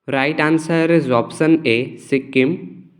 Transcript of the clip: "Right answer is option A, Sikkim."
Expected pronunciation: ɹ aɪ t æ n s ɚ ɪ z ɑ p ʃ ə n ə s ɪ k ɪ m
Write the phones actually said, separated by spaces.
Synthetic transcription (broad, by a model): ɹ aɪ t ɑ n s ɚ ɪ z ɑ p s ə n ə s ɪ k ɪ m